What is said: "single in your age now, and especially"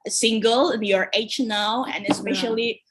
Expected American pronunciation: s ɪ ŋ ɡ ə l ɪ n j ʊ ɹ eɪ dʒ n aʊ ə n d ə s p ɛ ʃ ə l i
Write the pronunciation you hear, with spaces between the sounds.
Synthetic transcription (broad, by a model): s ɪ ŋ ɡ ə l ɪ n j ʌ ɹ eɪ tʃ n aʊ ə n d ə s p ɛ ʃ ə l i